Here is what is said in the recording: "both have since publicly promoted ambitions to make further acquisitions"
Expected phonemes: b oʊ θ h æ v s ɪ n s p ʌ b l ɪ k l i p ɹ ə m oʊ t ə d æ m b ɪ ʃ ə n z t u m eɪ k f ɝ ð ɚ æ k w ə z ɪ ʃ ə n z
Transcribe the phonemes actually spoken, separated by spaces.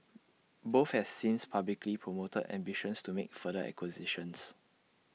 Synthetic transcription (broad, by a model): b oʊ f h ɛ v s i n s p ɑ b l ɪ k l i p ɹ ə m oʊ t ə d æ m b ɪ ʃ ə n s t u m eɪ k f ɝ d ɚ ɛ k w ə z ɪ ʃ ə n s